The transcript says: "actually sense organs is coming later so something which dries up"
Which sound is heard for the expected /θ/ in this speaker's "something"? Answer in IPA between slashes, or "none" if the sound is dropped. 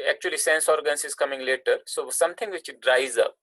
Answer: /t/